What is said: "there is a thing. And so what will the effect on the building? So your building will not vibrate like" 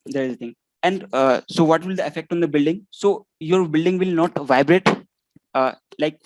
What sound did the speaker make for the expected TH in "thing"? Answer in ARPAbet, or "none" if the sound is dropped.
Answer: T